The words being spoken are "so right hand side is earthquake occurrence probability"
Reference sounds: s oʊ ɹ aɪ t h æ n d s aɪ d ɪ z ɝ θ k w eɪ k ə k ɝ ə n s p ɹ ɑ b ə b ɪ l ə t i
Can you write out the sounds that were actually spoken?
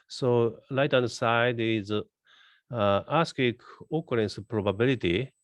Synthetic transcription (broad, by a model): s oʊ l aɪ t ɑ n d s aɪ d ɪ z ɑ s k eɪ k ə k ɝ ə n s p ɹ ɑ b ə b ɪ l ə t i